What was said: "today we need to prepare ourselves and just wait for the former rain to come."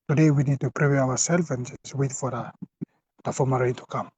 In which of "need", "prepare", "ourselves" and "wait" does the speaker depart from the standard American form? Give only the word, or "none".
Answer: ourselves